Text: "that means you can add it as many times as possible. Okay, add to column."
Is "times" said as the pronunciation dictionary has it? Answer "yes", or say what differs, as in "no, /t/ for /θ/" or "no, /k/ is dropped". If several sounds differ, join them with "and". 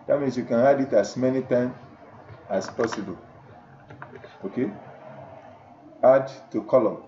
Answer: no, /z/ is dropped